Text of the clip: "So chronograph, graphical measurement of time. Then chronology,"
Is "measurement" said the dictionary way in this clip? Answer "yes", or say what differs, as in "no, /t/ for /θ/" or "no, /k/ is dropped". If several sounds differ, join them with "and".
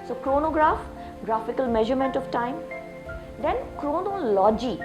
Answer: yes